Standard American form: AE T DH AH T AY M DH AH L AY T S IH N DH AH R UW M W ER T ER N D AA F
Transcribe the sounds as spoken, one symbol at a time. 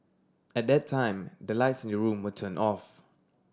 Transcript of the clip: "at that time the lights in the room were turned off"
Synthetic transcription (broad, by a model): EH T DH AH T AY M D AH L AY T S IH N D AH R UW M W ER T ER N AA F